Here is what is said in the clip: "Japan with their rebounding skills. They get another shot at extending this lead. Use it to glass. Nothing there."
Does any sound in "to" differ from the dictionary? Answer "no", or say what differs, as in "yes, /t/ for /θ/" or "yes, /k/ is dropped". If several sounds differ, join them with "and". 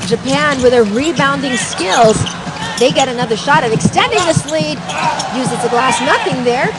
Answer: yes, /s/ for /t/